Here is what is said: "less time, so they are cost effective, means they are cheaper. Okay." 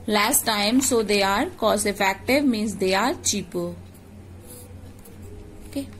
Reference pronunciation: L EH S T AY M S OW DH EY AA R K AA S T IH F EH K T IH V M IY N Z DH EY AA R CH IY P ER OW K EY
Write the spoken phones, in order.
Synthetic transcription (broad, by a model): L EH S T AY M S OW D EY AA R K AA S IH F EH K T IH V M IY N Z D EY AA R CH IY P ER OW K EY